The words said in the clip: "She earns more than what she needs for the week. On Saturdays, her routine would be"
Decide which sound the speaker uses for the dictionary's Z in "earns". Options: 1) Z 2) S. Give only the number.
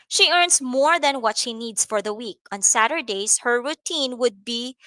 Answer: 2